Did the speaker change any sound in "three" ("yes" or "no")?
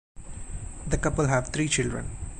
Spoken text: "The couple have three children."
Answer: yes